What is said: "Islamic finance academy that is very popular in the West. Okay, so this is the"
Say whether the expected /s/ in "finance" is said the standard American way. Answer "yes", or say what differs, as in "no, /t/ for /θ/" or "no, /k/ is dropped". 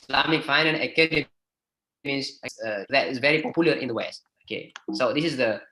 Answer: no, /s/ is dropped